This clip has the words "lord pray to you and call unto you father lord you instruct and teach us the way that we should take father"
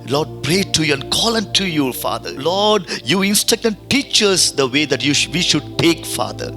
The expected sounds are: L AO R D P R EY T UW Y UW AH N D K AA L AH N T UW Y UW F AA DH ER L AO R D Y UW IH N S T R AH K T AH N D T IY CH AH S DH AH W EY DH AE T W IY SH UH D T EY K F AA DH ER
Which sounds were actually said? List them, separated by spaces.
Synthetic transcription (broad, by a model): L AO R D P R EY T UW Y UW AH N D K AA L AH N T UW Y UW F AA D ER L AO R D Y UW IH N S T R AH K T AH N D T IY CH AH S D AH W EY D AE T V IY SH UH D T EY K F AA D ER